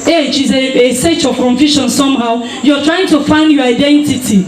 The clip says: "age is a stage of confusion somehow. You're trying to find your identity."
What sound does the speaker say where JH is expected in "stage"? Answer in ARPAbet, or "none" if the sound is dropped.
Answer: CH